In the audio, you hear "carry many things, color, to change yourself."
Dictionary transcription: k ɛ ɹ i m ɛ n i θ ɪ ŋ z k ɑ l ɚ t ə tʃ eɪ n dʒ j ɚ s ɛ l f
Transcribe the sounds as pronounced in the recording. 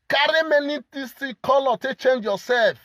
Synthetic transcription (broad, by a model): k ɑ ɹ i m ɛ n i t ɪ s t k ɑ l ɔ t ə tʃ eɪ n dʒ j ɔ s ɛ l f